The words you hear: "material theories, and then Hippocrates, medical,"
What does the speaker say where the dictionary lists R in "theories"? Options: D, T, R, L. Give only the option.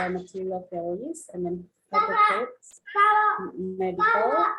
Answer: L